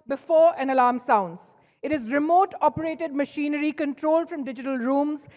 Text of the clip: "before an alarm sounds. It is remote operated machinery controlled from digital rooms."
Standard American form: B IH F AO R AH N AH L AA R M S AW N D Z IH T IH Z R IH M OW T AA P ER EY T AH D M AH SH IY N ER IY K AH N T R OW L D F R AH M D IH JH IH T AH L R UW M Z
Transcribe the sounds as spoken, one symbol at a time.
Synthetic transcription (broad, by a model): B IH F AO R AH N AH L AA R M S AW N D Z IH T IH Z R IH M OW T AA P ER EY T AH D M AH SH IY N ER IY K AH N T R OW L D F R AH M D IH JH IH T AH L R UW M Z